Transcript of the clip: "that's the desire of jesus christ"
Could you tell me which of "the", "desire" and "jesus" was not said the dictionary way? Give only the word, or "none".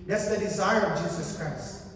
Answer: none